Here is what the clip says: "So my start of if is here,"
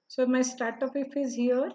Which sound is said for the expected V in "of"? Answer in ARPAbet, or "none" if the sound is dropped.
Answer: P